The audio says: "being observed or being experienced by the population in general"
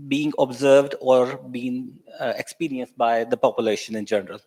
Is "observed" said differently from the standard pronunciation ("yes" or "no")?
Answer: no